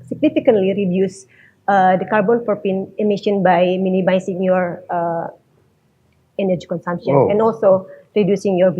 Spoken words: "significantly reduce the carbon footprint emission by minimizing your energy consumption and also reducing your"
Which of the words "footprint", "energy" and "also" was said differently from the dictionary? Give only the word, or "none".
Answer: footprint